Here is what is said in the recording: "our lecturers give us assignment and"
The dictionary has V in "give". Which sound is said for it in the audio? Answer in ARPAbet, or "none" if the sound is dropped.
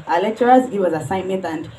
W